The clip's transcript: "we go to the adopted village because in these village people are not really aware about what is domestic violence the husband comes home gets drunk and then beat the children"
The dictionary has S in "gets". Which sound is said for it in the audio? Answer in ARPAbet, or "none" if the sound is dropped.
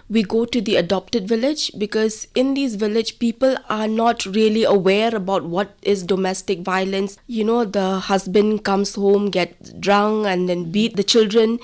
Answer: none